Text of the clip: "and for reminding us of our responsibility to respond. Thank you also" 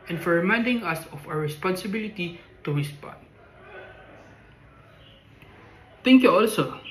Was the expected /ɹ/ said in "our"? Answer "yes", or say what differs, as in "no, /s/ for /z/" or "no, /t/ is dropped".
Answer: no, /w/ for /ɹ/